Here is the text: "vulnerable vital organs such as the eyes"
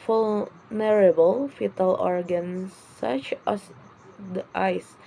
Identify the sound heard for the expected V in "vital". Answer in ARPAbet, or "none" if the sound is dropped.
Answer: F